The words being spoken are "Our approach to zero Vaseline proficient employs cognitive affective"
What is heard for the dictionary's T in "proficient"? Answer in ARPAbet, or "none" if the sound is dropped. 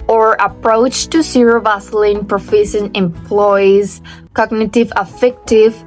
none